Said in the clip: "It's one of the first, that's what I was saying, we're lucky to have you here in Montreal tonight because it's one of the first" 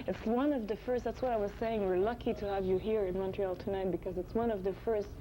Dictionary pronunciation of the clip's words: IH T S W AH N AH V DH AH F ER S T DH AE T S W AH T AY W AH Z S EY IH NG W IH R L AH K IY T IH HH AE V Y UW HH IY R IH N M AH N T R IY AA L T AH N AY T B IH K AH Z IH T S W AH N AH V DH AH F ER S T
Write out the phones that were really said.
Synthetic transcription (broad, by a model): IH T S W AH N AH V DH AH F ER S T DH AE T S W AH T AY W AH Z S EY IH NG W IH R L AH K IY T IH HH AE V Y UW HH IY R IH N M AH N T R IY AA L T AH N AY T B IH K AH Z IH T S W AH N AH V DH AH F ER S T